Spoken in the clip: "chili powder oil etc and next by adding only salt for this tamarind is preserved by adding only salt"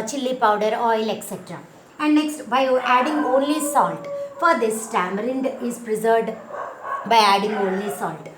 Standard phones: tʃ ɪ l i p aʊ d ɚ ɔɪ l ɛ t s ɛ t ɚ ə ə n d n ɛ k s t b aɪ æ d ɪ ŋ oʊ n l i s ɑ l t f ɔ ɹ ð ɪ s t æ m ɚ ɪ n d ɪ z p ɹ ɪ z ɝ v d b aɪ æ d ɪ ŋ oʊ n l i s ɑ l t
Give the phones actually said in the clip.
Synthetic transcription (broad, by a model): tʃ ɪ l i p aʊ d ɚ ɔɪ l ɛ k s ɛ t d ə ə n d n ɛ k s t b aɪ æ d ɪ ŋ oʊ n l i s ɑ l t f ɔ ɹ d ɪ s t æ m ɚ ɪ n d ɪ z p ɹ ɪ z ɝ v d b aɪ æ d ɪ ŋ oʊ n l i s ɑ l t